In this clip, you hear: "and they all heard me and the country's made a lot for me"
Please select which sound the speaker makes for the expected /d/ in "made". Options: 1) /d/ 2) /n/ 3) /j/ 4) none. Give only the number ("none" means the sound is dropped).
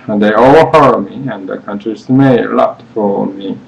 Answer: 4